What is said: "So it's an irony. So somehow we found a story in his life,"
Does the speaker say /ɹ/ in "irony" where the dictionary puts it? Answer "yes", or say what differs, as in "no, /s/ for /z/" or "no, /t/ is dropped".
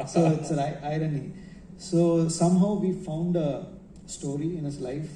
yes